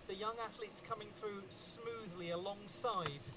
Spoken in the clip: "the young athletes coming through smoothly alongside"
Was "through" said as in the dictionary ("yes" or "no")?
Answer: yes